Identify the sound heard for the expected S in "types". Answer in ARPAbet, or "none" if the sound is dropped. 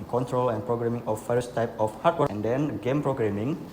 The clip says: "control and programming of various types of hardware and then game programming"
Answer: none